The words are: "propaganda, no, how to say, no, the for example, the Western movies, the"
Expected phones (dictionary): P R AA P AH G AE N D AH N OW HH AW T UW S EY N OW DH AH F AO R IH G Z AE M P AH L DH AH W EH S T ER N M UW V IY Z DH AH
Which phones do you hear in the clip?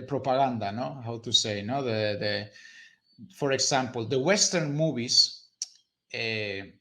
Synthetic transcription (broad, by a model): P R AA P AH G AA N D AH N OW HH AW T UW S EY N OW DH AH F AO R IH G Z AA M P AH L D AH W EH S T ER N M UW B IY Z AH